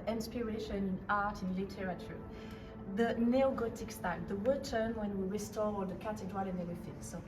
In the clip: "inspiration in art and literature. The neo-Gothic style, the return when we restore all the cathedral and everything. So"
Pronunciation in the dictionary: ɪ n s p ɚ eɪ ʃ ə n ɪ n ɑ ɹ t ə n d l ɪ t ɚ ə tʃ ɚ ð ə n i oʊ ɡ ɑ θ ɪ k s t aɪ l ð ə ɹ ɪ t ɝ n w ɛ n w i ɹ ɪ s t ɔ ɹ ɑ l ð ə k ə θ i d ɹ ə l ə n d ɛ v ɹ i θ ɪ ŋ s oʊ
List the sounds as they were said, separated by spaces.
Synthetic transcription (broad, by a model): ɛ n s p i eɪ ʃ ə n ɪ n ɑ ɹ t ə n l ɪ t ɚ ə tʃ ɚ ð ə n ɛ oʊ ɡ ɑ t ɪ k s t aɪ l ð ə w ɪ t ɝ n w ɛ n w i ɹ ɪ s t ɔ ɹ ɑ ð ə k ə t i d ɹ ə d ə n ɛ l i f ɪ s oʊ